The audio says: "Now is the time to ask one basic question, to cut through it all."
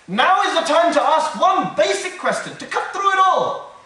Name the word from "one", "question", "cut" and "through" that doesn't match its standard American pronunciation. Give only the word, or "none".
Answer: none